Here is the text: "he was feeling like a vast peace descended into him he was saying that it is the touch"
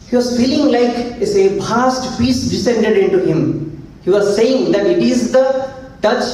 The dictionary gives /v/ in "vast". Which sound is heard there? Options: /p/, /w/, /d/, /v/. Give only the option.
/p/